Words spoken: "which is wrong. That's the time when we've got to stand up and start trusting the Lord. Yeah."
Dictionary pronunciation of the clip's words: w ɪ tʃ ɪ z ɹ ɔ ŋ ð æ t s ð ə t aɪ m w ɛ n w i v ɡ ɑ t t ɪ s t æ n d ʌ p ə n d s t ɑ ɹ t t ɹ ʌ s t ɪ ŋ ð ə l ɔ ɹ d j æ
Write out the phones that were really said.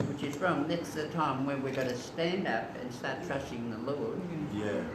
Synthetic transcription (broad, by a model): w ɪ tʃ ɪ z ɹ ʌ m ð æ t s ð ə t aɪ m w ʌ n w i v ɡ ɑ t t ɪ s t æ n d ʌ p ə n s t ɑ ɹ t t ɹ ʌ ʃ ɪ ŋ ð ə l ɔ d j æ